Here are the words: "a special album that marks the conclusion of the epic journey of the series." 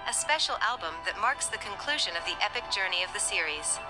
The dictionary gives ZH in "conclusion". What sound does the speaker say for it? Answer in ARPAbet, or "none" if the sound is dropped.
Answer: ZH